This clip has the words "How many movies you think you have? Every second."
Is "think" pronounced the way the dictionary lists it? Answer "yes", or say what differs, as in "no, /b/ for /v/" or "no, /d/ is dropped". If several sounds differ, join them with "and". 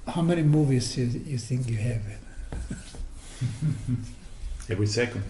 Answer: yes